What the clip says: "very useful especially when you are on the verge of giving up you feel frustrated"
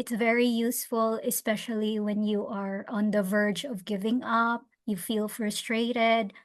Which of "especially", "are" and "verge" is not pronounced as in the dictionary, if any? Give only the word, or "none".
none